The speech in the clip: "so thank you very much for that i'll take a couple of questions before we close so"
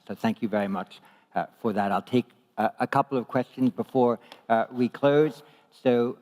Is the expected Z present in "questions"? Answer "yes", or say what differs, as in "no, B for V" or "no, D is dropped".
yes